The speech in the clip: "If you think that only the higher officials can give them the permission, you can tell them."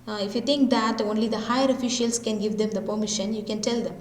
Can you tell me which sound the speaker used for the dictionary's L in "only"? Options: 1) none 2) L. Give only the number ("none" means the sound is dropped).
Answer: 2